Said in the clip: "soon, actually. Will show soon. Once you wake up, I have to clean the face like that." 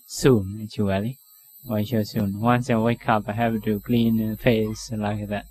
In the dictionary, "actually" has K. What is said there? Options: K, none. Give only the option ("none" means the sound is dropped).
none